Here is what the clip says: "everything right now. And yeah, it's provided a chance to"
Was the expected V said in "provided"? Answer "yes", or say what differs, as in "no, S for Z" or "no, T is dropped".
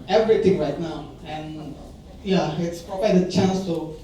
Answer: no, P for V